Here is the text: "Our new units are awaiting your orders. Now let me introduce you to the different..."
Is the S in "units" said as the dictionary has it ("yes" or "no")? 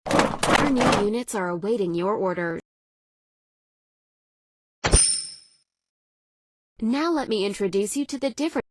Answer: yes